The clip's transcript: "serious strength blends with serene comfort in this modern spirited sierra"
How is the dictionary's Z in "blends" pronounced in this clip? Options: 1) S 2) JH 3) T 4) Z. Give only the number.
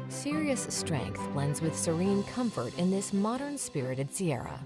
4